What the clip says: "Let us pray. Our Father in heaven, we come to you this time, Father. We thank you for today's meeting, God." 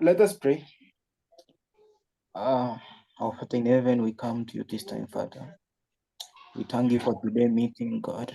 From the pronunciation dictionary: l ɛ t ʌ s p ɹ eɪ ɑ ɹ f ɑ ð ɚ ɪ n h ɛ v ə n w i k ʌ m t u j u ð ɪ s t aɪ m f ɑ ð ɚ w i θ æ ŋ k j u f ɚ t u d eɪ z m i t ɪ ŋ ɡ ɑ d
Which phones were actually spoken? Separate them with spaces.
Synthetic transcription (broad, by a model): l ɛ t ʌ s p ɹ eɪ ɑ w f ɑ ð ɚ ɪ n h ɛ v ə n w i k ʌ m t u j u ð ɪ s t aɪ m f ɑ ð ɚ w i t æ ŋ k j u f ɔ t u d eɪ m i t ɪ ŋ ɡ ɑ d